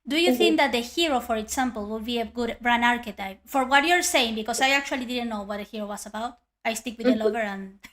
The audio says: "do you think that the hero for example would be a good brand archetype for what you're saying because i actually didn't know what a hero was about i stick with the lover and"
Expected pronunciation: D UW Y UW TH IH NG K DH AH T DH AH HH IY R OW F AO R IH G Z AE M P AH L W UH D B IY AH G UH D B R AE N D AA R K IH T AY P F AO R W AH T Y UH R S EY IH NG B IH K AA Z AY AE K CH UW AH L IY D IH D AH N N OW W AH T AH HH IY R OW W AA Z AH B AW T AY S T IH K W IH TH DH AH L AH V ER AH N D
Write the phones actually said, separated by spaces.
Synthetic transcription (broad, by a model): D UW Y UW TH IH NG K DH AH T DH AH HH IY R OW F AO R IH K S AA M P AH L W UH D B IY AH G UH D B R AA N AA R K IH T AY P F AO R W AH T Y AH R S EY IH NG B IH K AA S AY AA K CH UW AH L IY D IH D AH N N OW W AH T AH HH IY R OW W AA S AH B AW T AY S T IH K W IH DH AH L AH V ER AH N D